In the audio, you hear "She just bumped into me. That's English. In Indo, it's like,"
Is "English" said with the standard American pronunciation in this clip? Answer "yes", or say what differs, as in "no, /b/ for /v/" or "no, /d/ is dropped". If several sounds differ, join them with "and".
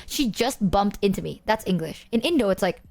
yes